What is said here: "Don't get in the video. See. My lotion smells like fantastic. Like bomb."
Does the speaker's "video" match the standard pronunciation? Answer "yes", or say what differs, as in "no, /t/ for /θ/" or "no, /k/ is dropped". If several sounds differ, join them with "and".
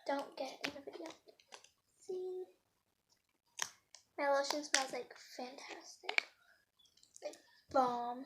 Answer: no, /b/ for /v/